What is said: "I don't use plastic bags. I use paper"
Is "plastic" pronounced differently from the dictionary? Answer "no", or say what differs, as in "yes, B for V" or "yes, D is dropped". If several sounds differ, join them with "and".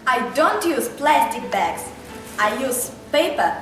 no